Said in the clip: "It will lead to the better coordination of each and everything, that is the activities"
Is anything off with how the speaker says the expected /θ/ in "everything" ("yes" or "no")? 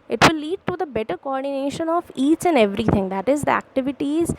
yes